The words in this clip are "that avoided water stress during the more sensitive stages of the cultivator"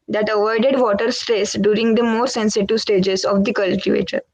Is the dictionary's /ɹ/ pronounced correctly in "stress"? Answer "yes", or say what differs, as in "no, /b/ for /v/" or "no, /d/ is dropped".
yes